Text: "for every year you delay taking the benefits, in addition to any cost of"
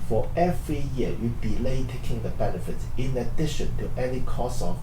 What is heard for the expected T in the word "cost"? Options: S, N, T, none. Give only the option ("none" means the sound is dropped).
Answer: none